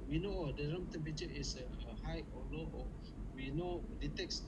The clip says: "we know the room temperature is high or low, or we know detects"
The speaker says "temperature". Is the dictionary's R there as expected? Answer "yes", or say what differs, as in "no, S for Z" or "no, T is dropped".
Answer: no, R is dropped